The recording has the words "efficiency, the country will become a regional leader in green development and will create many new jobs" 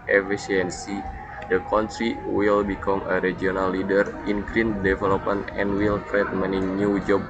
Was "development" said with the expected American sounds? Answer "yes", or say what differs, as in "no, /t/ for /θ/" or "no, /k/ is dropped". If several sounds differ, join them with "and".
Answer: no, /t/ is dropped